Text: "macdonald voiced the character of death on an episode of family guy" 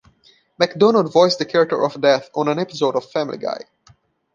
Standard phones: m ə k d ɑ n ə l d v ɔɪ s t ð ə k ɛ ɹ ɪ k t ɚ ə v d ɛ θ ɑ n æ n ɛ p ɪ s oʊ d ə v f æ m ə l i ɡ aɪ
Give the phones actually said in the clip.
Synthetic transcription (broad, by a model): m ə k d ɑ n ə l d v ɔɪ s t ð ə k ɛ ɹ ɪ k t ɚ ə v d ɛ θ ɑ n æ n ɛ p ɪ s oʊ d ə v f æ m ə l i ɡ aɪ